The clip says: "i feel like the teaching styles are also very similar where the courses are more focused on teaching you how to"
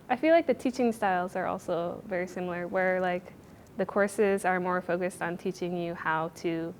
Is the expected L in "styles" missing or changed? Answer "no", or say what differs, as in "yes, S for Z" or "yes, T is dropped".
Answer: no